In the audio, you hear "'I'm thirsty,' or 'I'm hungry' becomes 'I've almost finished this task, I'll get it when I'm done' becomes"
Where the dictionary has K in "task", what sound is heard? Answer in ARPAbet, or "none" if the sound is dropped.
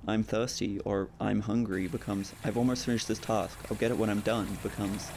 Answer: K